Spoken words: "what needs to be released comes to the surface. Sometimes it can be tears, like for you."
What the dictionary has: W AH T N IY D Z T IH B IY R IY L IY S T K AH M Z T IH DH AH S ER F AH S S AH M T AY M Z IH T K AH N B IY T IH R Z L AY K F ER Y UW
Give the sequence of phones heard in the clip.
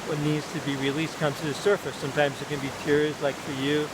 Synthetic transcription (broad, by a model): W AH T N IY D Z T IH B IY R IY L IY S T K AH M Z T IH DH AH S ER F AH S S AH M T AY M Z IH T K AH N B IY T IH R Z L AY K F ER Y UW